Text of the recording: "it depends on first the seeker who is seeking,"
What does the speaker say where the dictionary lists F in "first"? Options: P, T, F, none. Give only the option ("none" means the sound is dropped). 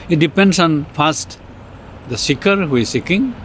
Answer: P